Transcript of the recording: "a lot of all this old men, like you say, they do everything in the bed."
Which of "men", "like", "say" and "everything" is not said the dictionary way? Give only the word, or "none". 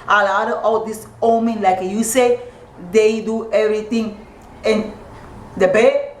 everything